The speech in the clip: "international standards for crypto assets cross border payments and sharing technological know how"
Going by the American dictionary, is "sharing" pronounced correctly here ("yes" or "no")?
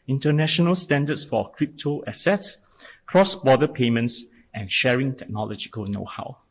yes